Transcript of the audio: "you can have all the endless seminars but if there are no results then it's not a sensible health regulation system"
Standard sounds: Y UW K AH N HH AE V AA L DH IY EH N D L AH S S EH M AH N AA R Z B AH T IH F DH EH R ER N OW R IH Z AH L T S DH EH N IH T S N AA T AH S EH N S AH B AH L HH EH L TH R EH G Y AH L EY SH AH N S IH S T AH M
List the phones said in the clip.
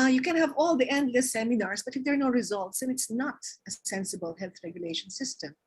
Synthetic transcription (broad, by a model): Y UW K AH N HH AE V AA L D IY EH N D AH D S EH M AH N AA R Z B AH T IH F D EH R N OW R IH Z AH L T S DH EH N IH T S N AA T AH S EH N S AH B AH L HH EH L TH R EH G Y AH L EY SH AH N S IH S T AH M